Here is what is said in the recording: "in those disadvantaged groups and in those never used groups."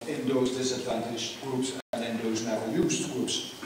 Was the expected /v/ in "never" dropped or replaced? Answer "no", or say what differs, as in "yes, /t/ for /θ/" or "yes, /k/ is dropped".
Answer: yes, /v/ is dropped